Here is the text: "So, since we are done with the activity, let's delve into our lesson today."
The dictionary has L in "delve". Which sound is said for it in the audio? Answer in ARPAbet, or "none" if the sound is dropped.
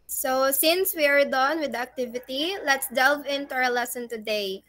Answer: L